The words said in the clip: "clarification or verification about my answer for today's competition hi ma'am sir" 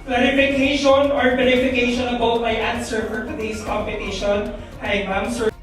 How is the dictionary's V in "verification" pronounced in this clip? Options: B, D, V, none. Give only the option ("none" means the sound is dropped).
B